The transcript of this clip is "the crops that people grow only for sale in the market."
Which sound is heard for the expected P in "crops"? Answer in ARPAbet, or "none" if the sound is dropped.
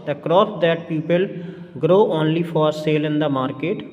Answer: none